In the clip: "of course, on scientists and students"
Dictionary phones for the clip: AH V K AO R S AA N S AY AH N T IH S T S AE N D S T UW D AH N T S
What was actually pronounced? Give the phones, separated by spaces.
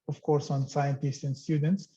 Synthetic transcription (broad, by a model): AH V K AO R S AA N S AY AH N T IH S T S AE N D S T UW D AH N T S